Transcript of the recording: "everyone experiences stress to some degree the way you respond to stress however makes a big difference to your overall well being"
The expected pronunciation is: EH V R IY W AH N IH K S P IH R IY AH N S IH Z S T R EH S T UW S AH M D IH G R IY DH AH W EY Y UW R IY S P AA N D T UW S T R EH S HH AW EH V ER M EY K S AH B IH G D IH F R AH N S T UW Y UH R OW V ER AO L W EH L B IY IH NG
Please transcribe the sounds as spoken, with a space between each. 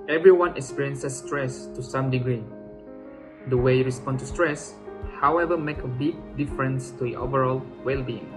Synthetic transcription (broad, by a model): EH V R IY W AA N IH K S P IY R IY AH N S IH S T R EH S T UW S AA M D IH G R IY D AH W EY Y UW R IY S P AA N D T UW S T R EH S HH AW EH V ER M EY K AH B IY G D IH F R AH N S T UW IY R OW V ER AO L W EH L B IY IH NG